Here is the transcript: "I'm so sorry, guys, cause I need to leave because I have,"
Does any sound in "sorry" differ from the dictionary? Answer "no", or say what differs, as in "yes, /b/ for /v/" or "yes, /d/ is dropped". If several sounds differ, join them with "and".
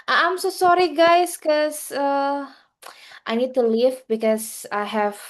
no